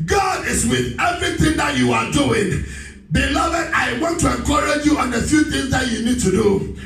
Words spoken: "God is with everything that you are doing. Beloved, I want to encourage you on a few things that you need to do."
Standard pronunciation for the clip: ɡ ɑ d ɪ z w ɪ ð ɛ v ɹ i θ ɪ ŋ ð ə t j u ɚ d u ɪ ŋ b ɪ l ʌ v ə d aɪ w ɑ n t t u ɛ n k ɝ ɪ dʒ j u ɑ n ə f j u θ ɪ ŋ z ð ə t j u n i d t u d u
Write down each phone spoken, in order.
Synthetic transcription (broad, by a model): ɡ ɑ d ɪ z w ɪ ð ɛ v ɹ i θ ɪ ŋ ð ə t j u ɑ d u ɪ ŋ b ɪ l ʌ v ə d aɪ w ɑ n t t u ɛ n k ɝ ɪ dʒ j u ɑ n ə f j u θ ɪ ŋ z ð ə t j u n i d t u d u